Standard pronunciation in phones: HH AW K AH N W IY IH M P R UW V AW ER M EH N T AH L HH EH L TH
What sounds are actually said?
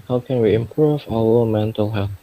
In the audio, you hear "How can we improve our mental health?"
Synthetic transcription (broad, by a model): HH AW K AH N W IY IH M P R UW V AW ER M EH N T AH L HH EH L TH